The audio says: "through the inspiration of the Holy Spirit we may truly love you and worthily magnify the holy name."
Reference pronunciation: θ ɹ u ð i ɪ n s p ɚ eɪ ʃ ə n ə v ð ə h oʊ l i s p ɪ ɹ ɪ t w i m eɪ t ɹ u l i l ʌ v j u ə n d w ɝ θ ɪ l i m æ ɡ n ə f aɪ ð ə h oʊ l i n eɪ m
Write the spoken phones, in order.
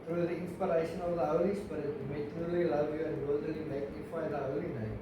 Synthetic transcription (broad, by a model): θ ɹ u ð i ɪ n s p ɚ eɪ ʃ ə n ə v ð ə h oʊ l i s b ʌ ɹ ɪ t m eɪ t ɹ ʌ l i l ʌ v j u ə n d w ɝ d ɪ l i m æ ɡ n ə f aɪ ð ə h oʊ l i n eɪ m